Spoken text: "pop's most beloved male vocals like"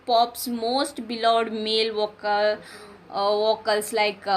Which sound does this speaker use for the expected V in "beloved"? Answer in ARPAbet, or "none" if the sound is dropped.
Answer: none